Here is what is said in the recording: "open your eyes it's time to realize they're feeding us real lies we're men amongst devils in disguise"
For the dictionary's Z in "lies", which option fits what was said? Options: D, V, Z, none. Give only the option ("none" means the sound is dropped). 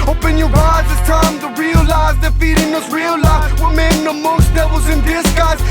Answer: none